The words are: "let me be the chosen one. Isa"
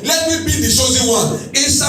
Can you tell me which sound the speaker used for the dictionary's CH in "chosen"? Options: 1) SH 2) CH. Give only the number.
1